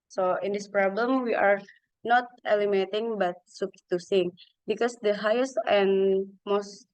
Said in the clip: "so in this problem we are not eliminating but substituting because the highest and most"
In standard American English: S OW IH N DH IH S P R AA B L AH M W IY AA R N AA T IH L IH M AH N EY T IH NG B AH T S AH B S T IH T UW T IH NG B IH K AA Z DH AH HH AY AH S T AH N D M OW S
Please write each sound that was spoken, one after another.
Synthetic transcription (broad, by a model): S OW IH N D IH S P R AA B L AH M W IY AA R N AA T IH L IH M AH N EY T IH NG B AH T S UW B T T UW S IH NG B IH K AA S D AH HH AY AH S T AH N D M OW S